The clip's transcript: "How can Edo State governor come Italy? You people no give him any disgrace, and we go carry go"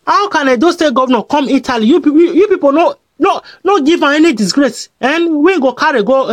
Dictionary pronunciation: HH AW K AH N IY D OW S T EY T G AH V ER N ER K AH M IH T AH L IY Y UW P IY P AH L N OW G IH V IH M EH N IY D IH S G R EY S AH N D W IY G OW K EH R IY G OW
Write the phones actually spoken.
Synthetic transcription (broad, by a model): HH AW K AH N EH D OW S T EY T G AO V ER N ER K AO M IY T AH L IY Y UW P IY P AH N N OW G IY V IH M EH N IY D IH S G R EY S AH N W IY G OW K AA R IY G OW